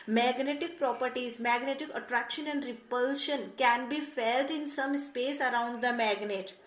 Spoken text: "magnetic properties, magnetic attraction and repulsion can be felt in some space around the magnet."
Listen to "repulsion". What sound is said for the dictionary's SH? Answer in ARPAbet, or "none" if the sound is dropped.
SH